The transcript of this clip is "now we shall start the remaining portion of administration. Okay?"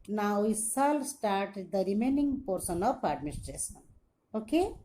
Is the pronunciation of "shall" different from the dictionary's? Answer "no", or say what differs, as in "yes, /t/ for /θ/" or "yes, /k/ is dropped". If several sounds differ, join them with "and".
yes, /s/ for /ʃ/